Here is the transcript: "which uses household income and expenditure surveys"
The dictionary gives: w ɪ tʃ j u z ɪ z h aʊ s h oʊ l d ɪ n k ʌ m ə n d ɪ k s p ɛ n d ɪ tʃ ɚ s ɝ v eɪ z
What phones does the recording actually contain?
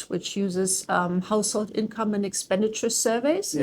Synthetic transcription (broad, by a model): w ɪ tʃ j u z ɪ z h aʊ s h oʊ l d ɪ n k ʌ m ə n ɪ k s p ɛ n d ɪ tʃ ɚ s ɝ v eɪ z